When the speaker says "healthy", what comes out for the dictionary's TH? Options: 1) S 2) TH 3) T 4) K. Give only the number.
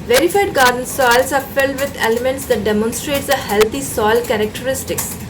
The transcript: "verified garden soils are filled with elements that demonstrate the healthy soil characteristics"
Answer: 3